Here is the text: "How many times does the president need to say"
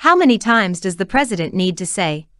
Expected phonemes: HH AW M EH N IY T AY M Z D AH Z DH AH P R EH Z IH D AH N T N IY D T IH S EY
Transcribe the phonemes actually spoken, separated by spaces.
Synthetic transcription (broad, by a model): HH AW M EH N IY T AY M Z D AH Z DH AH P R EH Z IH D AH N N IY D T IH S EY